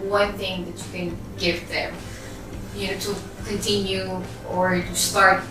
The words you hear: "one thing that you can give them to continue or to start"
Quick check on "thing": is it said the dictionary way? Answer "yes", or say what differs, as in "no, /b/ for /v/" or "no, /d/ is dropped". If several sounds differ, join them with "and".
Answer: yes